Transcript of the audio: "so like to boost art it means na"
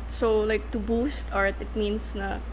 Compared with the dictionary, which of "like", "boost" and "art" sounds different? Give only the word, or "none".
none